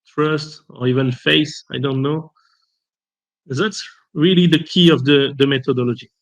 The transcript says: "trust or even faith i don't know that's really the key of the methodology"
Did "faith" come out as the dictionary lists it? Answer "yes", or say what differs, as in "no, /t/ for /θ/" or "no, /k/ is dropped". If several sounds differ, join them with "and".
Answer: no, /s/ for /θ/